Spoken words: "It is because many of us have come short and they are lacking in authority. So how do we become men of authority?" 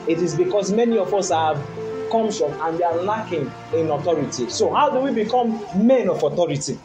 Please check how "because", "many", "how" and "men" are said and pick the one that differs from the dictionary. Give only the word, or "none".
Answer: because